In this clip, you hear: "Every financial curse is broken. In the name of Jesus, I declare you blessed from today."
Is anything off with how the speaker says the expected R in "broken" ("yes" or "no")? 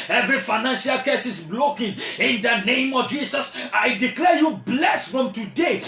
yes